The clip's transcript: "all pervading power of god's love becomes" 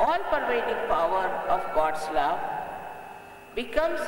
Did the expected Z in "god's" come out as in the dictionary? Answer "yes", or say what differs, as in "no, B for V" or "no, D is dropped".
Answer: no, S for Z